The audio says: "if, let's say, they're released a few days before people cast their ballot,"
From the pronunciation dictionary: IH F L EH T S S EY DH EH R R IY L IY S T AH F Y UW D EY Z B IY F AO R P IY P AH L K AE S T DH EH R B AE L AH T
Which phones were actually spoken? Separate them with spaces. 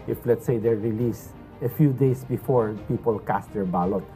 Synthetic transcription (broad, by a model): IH F L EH T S S EY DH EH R R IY L IY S AH F Y UW D EY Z B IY F AO R P IY P AH L K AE S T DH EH R B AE L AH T